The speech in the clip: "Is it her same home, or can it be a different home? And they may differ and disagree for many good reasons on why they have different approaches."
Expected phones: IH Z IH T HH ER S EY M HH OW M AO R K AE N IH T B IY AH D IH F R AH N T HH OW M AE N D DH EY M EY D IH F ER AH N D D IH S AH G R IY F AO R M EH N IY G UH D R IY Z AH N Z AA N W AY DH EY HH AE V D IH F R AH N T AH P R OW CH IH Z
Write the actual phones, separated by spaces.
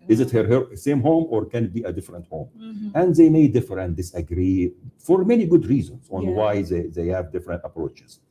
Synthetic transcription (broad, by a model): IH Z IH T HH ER S EY M HH OW M AO R K AE N IH T B IY AH D IH F R AH N T HH OW M AE N D DH EY M EY D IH F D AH N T D IH S AH G R IY F AO R M EH N IY G UH D R IY Z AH N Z AA N W AY DH EY HH AE V D IH F R AH N T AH P R OW CH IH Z